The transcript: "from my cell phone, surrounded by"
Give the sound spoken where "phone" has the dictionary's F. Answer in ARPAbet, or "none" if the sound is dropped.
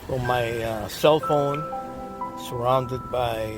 F